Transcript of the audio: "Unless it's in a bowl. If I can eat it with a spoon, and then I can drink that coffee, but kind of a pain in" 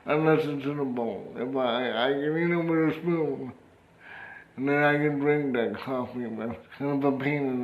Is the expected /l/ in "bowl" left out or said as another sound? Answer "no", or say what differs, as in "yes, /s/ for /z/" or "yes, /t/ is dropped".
yes, /n/ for /l/